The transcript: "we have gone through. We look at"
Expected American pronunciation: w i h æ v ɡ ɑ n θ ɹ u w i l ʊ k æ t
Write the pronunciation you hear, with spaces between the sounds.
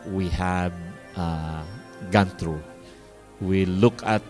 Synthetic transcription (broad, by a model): w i h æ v ɡ ɑ n t ɹ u w i l ʊ k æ t